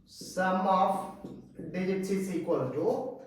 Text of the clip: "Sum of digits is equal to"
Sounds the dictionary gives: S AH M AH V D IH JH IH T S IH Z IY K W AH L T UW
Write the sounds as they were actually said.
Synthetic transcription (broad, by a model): S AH M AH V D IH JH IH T IH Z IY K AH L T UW